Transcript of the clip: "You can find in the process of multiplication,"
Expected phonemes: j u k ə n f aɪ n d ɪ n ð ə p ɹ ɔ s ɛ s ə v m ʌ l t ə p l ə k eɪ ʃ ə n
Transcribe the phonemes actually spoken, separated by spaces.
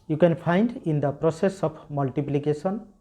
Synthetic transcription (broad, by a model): j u k ə n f aɪ n d ɪ n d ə p ɹ ɔ s ɛ s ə p m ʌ l t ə p l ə k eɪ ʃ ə n